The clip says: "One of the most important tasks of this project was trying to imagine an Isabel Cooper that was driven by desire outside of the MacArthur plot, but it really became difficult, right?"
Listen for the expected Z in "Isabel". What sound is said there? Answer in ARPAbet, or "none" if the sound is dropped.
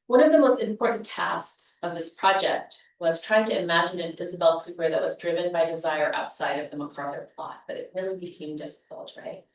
Z